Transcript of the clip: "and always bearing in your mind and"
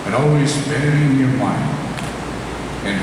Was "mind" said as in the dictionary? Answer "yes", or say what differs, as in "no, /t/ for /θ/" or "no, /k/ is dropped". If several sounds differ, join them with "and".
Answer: no, /d/ is dropped